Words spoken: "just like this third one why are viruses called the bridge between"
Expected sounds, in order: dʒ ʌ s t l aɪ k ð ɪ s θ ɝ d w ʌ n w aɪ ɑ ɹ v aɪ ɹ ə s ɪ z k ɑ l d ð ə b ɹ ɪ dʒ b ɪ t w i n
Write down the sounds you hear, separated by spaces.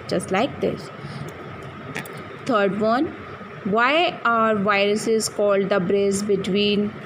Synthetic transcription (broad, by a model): dʒ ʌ s t l aɪ k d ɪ s t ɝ d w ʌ n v aɪ ɑ ɹ v aɪ ɹ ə s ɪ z k ɑ l d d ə b ɹ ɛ z b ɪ t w i n